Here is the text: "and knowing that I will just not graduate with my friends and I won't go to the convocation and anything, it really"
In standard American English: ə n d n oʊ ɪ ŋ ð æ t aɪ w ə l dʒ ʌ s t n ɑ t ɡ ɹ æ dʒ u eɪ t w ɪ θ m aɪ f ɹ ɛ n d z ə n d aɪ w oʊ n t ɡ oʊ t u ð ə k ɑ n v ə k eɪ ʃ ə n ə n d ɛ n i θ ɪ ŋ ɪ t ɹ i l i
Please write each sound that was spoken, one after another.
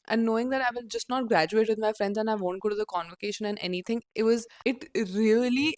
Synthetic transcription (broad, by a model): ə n n oʊ ɪ ŋ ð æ t aɪ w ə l dʒ ʌ s t n ɑ t ɡ ɹ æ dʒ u eɪ t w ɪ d m aɪ f ɹ ɛ n d z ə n aɪ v oʊ n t ɡ oʊ t u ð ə k ɑ n v ə k eɪ ʃ ə n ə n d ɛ n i t ɪ ŋ ɪ t ɹ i l i